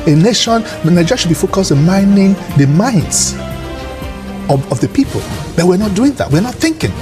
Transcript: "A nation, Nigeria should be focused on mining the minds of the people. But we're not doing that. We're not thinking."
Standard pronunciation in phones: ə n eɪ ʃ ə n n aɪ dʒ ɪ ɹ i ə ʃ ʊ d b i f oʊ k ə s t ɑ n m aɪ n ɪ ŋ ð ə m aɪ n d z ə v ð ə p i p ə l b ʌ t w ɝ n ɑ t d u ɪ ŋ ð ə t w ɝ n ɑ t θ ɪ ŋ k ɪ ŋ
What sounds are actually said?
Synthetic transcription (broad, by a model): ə n eɪ ʃ ə n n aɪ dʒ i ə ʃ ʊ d b i f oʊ k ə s ʌ m aɪ n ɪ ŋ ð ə m aɪ n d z ə v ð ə p i p ə l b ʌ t w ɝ n ɑ t d u ɪ ŋ ð ə t w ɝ n ɑ t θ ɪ ŋ k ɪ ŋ